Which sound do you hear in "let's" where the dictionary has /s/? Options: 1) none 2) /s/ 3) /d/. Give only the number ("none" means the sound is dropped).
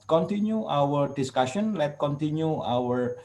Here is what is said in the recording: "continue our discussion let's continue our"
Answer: 1